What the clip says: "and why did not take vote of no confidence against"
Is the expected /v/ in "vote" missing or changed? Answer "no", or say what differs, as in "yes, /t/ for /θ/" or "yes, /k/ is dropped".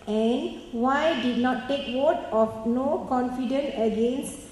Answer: yes, /w/ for /v/